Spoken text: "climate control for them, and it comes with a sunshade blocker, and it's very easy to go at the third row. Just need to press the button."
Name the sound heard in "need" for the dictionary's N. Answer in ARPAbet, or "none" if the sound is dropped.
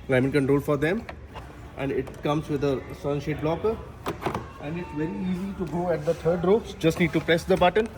L